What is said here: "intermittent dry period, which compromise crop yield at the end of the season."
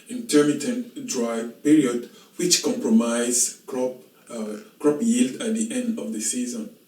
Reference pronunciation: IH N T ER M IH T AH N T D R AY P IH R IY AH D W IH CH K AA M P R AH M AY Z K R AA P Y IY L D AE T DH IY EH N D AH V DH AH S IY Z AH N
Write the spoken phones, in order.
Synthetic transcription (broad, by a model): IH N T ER M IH T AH N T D R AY P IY R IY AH D W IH CH K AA M P R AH M AY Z K R AA P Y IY L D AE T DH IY EH N D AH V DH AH S IY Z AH N